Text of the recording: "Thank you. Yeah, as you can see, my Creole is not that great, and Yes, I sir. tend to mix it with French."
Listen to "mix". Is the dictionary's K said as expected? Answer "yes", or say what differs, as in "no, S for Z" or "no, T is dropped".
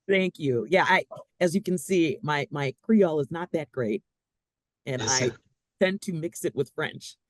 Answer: yes